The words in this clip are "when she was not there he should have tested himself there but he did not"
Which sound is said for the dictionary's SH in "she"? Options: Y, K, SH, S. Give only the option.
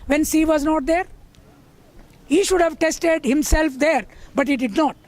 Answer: S